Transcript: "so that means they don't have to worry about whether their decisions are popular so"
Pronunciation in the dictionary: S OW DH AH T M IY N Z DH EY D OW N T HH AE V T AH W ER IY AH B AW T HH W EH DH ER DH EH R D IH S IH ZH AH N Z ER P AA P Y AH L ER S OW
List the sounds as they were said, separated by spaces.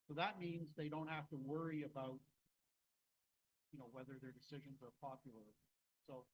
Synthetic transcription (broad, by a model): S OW DH AH T M IY N Z DH EY D OW N T HH AE F T AH W ER IY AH B AW T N W EH DH ER DH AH R D IH S IH ZH AH N Z ER P AA P Y L ER S OW